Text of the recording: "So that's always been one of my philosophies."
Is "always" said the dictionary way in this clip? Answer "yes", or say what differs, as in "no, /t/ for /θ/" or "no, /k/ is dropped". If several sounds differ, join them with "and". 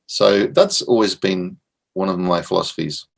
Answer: yes